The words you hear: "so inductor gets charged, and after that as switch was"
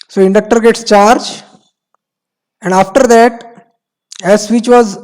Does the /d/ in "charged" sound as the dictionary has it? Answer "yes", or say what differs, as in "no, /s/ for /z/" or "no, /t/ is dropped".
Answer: no, /d/ is dropped